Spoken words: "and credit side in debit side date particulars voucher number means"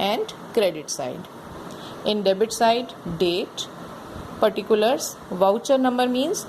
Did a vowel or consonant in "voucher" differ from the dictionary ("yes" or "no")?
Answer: no